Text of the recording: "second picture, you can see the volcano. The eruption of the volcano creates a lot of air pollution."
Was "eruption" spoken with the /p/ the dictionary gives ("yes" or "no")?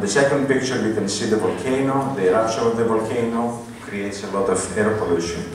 no